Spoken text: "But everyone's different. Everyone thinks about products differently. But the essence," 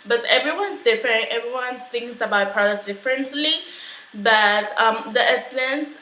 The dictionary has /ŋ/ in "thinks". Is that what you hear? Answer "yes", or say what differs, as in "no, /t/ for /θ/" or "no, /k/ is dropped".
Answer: yes